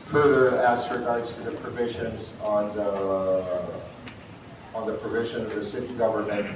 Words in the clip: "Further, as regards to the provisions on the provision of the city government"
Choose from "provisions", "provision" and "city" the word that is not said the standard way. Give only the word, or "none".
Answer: none